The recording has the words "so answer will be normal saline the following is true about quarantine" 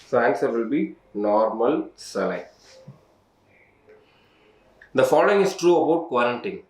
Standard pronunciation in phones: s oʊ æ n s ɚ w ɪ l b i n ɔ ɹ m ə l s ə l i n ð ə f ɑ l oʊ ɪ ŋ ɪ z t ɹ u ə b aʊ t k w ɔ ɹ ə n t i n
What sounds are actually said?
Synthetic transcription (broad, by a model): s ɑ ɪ s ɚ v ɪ l b i n ɔ ɹ m ə l s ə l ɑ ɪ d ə f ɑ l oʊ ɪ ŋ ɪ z t ɹ u ə b aʊ t k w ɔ ɹ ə n t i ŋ